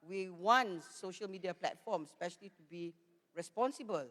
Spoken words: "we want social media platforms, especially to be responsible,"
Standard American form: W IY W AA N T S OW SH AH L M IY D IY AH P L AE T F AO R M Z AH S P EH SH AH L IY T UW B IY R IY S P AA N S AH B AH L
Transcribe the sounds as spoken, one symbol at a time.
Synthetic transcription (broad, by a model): W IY W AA N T S OW SH AH L M IY D IY AH P L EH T F AO M AH S P EH SH AH L IY T UW B IY R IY S P AA N S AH B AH L